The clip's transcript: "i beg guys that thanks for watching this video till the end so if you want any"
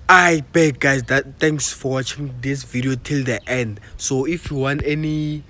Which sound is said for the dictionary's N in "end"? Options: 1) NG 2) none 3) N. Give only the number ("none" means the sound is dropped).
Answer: 3